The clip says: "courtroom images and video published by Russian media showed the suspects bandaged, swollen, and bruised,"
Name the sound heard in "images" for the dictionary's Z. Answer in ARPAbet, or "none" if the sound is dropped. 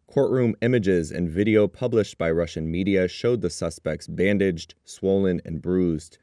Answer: Z